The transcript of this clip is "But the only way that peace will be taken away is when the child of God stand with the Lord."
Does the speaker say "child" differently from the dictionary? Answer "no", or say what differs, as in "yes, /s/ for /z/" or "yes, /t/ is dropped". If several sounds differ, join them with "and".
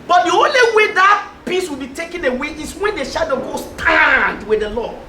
yes, /ʃ/ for /tʃ/ and /l/ is dropped